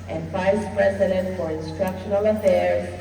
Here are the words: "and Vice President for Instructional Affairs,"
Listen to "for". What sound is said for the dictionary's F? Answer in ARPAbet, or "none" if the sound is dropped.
F